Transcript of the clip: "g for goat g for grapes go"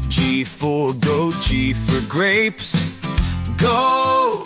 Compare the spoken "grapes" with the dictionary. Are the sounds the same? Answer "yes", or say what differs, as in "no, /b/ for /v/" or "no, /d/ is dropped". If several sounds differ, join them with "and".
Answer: yes